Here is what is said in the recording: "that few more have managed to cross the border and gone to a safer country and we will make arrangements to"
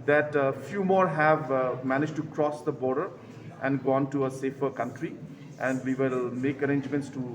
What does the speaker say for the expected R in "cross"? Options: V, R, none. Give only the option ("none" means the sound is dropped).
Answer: R